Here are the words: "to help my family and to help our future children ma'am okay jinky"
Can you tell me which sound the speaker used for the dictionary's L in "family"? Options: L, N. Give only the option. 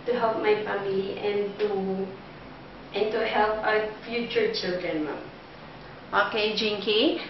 N